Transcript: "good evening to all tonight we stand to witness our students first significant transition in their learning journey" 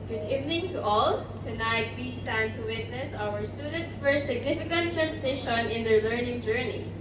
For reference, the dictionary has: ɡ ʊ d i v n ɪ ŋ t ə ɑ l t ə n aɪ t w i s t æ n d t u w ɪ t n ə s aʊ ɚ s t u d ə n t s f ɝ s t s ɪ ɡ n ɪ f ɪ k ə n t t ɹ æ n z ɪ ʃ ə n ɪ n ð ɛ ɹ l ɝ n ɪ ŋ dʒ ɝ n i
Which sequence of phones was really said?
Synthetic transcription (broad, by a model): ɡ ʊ d i v n ɪ ŋ t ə ɑ l t ə n aɪ t w i s t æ n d t u w ɪ t n ə s aʊ ɚ s t u d ə n t s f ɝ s s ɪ ɡ n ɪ f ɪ k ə n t t ɹ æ n s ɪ ʃ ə n ɪ n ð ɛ ɹ l ɝ n ɪ ŋ dʒ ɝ n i